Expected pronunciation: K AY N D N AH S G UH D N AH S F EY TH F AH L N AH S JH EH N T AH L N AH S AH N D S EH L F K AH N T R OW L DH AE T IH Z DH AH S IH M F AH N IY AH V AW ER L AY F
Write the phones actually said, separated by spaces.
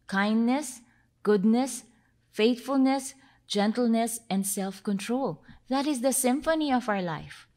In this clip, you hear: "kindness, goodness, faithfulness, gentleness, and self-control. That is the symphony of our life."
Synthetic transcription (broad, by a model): K AY N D N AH S G UH D N AH S F EY T F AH L N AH S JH EH N T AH L N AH S AH N D S EH L F K AH N T R OW L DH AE T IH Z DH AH S IH M F AH N IY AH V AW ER L AY F